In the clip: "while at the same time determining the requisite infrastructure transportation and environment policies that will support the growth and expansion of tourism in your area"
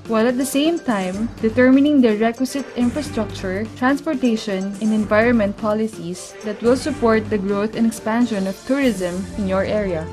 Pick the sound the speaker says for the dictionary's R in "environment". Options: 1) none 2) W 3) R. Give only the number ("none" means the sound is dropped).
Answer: 3